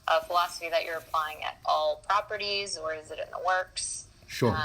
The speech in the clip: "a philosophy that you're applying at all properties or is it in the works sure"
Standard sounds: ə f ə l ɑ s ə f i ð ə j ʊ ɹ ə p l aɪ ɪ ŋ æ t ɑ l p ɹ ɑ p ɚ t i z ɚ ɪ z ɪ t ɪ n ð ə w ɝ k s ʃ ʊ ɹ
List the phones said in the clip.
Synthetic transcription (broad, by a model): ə f ə l ɑ s ə f i ð ə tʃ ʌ ɹ ə p l aɪ ɪ ŋ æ t ɑ l p ɹ ɑ p ɚ t i z ɚ ɪ z ɪ t ɪ n ð ə w ɝ k s ʃ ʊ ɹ